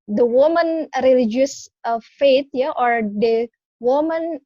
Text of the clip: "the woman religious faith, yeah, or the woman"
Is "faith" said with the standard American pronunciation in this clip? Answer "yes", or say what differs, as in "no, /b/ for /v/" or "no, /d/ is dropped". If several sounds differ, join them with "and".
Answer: no, /t/ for /θ/